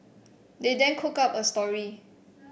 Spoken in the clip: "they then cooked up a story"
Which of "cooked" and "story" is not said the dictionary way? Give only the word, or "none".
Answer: cooked